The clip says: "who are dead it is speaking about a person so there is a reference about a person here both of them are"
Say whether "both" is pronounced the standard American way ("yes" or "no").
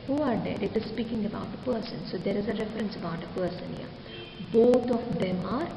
no